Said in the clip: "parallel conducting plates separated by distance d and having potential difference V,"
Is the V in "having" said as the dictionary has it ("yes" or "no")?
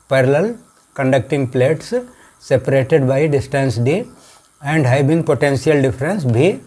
no